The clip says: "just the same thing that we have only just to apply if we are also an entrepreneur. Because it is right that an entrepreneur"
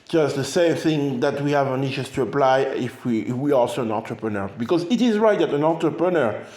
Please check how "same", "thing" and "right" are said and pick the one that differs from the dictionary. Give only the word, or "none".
none